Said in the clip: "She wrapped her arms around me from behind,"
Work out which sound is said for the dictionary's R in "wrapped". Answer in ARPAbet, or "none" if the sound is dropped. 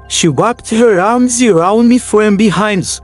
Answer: W